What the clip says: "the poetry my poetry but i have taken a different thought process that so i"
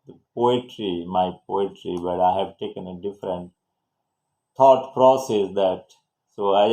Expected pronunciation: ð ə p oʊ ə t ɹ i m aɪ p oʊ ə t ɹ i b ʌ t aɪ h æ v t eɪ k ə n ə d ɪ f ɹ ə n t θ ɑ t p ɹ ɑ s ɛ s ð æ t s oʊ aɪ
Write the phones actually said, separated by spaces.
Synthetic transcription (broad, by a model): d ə p oʊ ə t ɹ i m aɪ p oʊ ə t ɹ i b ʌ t aɪ h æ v t eɪ k ə n ə d ɪ f ɹ ə n t t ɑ t p ɹ ɑ s ɛ s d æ t s oʊ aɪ